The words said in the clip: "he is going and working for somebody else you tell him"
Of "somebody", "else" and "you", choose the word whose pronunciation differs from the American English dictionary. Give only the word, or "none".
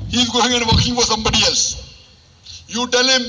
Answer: else